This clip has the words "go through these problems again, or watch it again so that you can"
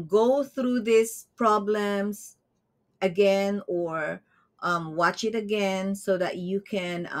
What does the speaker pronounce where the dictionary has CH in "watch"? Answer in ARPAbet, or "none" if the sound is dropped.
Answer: CH